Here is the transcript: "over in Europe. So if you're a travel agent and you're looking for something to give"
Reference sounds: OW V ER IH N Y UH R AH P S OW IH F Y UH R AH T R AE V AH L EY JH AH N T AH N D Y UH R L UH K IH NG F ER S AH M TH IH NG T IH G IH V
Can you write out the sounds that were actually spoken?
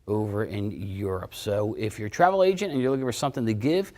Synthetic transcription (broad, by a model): OW V ER IH N Y UH R AH P S OW IH F Y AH R T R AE V L EY JH AH N T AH N Y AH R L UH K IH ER S AH M TH IH NG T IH G IH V